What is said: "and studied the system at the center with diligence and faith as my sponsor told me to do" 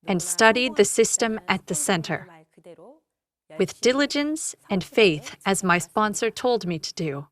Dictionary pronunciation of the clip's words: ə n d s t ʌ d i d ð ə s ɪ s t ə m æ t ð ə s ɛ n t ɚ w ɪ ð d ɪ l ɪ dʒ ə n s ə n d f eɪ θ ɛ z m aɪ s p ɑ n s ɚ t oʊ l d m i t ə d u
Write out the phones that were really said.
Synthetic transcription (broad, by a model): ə n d s t ʌ d i d ð ə s ɪ s t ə m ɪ t ð ə s ɛ n t ɚ w ɪ ð d ɪ l ɪ dʒ ə n s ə n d f eɪ θ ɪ z m aɪ s p ɑ n s ɚ t oʊ l d m i t ə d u